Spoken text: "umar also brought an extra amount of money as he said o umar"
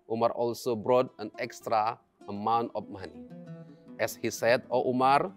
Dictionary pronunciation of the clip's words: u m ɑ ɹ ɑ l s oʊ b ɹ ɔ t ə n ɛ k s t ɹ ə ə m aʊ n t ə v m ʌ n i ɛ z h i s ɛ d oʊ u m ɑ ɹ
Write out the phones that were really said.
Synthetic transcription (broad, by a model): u m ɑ ɹ ɑ l s oʊ b ɹ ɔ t ə n ɛ k s t ɹ ə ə m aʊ n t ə p m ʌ n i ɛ s h i s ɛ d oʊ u m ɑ ɹ